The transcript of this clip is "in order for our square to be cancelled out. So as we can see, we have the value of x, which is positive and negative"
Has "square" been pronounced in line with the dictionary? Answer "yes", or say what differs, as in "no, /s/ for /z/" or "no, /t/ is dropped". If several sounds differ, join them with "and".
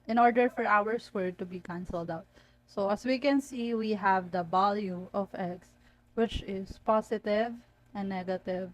no, /k/ is dropped